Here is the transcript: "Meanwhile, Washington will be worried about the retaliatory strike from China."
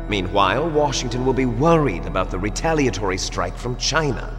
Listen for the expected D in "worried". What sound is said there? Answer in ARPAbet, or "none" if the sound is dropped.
D